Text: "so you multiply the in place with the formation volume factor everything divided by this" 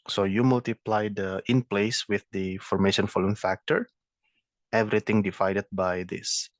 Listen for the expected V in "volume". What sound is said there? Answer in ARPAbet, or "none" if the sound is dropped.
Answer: F